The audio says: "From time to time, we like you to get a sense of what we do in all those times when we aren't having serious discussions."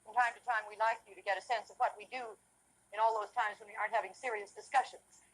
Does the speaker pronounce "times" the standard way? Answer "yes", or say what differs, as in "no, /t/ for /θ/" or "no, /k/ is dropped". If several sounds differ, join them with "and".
yes